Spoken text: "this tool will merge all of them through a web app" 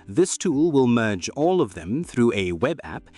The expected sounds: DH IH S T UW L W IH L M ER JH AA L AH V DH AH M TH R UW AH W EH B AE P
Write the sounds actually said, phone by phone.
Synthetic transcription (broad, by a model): DH IH S T UW L W IH L M ER JH AA L AH V DH AH M TH R UW AH W EH B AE P